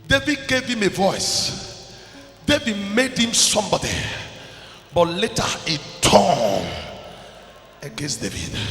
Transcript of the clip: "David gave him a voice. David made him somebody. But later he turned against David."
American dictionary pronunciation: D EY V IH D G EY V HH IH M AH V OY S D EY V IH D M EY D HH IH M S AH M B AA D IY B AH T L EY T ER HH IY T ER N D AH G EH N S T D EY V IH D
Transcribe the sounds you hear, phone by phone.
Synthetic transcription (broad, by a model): D EY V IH D G EY V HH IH M AH V OY S D EY V IH D M EY D HH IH M S AH M B AA D IY B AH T L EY T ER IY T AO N AH G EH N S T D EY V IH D